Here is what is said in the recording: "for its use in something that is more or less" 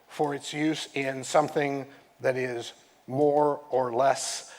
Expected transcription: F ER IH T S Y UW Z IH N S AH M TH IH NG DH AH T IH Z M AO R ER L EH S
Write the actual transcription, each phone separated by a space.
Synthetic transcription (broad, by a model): F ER IH T S Y UW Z IH N S AH M TH IH NG DH AH T IH Z M AO R ER L EH S